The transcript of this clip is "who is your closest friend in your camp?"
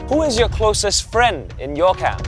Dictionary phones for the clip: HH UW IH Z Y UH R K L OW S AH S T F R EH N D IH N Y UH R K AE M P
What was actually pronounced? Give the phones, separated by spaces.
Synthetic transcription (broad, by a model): HH UW IH Z Y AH R K L OW S AH S T F R EH N D IH N Y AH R K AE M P